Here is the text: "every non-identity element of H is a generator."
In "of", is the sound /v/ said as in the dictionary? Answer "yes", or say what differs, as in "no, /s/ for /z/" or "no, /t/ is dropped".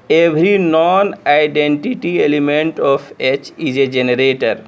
no, /p/ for /v/